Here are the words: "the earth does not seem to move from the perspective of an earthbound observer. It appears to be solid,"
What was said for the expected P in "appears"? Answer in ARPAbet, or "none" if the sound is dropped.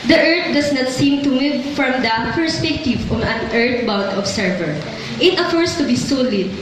F